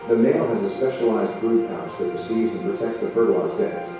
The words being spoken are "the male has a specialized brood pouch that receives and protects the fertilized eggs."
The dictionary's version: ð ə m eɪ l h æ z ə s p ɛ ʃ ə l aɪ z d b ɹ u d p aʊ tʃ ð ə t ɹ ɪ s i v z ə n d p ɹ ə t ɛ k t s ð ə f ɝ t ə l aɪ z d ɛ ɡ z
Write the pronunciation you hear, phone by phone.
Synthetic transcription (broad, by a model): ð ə m eɪ l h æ z ə s p ɛ ʃ ə l aɪ z d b ɹ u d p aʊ s ð ə t ɹ ɪ s i v z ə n p ɹ ə t ɛ k t s ð ə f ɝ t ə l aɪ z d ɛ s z